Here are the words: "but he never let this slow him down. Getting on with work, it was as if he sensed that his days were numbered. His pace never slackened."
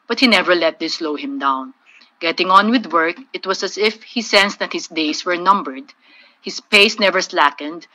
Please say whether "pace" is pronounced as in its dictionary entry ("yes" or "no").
yes